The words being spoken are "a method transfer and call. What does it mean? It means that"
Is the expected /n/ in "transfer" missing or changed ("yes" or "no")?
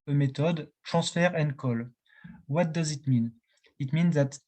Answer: yes